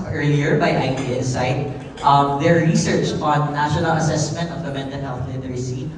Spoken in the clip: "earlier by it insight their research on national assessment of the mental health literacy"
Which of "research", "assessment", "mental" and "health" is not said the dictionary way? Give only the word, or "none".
mental